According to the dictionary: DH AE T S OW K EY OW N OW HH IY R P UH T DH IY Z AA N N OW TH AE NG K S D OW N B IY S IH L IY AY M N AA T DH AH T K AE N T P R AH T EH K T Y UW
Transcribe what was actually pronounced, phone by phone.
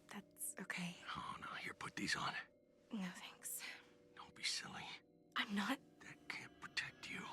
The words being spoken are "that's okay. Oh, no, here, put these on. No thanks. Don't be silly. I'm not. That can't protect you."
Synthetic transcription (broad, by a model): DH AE T S OW K EY OW N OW HH IY R P UH T DH IY Z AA N N OW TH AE NG K S D OW N B IY S IH L IY AY M N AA T DH AH T K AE N P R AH T EH K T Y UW